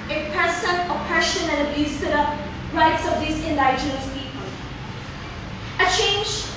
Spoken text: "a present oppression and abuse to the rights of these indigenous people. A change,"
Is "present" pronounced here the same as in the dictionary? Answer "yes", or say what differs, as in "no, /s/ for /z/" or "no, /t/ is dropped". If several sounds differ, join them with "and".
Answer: no, /s/ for /z/